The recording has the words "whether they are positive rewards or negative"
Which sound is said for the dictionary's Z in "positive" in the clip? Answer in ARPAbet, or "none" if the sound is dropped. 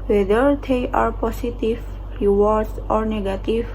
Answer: S